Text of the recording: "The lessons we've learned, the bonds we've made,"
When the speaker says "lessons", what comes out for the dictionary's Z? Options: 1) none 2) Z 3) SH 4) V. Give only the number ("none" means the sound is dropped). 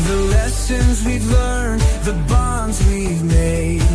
2